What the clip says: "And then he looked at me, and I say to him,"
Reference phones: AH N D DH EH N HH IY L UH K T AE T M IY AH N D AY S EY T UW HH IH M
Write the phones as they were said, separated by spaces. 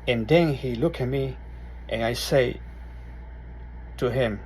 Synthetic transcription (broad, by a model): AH N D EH N HH IY L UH K AE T M IY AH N AY S EY T UW HH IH M